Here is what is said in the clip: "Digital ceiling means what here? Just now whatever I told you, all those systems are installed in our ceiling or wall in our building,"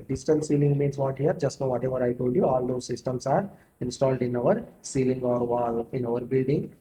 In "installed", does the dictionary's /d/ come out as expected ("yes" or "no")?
yes